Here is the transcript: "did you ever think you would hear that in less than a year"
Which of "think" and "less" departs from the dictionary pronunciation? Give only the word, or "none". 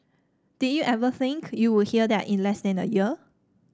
none